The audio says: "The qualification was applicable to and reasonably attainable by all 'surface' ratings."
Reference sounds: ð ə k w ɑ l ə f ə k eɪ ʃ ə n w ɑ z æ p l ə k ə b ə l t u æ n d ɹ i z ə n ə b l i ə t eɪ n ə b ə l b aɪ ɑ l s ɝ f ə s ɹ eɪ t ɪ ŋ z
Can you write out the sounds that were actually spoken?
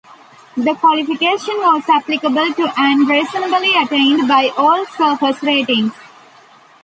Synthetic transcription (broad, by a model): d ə k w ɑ l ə f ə k eɪ ʃ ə n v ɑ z æ p l ə k ə b ə l t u æ n d ɹ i s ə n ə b l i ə t eɪ ə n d b aɪ ɑ l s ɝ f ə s ɹ eɪ t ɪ ŋ